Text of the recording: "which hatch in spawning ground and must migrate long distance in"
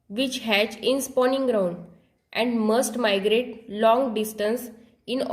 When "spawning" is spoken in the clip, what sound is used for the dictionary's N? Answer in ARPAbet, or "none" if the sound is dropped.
N